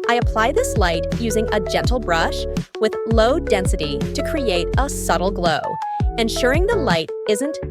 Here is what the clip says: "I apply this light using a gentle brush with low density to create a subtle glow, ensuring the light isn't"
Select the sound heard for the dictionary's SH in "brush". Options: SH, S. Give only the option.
SH